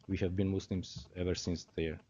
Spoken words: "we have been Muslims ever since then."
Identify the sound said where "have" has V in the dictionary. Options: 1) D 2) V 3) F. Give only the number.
2